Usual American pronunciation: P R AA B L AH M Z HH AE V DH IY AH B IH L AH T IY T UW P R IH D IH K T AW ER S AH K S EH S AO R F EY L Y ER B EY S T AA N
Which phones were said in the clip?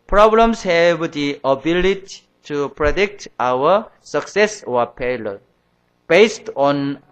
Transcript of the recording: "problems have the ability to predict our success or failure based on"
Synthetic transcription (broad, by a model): P R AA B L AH M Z HH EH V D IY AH B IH L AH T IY T UW P R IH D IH K T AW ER S AH K S EH S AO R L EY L B EY S T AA N